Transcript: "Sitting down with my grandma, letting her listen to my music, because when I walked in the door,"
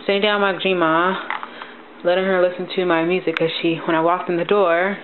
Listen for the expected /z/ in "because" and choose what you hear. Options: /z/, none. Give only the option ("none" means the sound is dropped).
none